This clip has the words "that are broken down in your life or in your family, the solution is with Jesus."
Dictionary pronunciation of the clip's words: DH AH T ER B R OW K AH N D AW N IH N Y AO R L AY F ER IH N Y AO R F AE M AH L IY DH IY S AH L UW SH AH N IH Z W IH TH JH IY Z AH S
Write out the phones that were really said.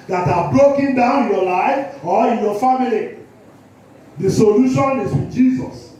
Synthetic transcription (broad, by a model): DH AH T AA B R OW K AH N D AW IH N Y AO L AY F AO IH N Y AO F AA M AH L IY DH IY S AH L UW SH AH N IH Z W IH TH JH IY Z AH S